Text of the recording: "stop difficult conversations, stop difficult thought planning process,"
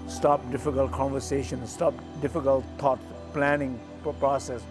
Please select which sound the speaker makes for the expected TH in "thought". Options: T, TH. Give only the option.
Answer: T